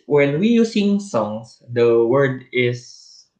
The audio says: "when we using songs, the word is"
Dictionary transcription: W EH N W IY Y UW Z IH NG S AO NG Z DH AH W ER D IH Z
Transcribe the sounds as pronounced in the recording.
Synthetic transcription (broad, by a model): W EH N W IY Y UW S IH NG S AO NG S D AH W ER D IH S